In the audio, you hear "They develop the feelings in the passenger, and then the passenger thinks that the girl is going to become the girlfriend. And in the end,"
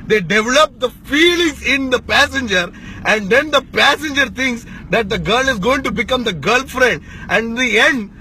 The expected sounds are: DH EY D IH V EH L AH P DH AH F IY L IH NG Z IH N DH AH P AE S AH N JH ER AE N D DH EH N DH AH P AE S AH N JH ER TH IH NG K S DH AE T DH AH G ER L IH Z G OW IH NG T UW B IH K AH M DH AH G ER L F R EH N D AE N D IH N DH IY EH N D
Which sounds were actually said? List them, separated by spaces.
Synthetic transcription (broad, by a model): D EY D IH V EH L AH P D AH F IY L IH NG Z IH N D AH P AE S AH N JH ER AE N D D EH N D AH P AE S AH N JH ER T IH NG K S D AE T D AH G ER L IH Z G OW IH NG T UW B IH K AH M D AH G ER L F R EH N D AE N D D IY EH N D